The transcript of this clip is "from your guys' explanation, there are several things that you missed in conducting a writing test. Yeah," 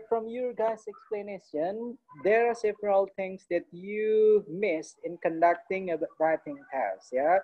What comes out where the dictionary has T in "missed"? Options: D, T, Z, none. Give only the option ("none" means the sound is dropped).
none